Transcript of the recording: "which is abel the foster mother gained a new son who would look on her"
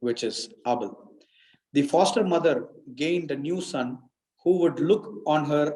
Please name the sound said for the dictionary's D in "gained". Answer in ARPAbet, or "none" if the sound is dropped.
D